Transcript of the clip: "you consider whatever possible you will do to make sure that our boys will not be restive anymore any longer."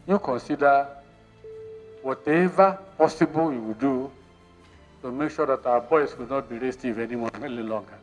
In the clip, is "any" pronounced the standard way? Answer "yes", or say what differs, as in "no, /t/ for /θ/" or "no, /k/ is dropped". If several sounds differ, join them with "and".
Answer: no, /l/ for /n/